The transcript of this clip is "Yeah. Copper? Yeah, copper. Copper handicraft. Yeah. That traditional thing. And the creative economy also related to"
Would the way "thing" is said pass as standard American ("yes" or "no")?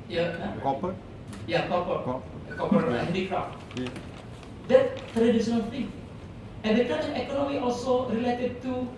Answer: no